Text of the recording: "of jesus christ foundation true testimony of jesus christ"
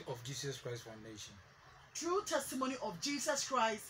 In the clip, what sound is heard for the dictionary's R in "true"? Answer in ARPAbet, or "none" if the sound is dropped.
R